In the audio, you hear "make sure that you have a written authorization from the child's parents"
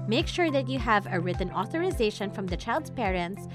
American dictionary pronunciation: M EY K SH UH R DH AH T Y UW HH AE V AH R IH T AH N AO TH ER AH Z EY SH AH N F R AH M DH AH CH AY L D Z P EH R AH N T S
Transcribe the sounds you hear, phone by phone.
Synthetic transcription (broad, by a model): M EY K SH UH R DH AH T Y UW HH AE V AH R IH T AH N AO TH ER AH Z EY SH AH N F R AH M DH AH CH AY L D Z P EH R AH N T S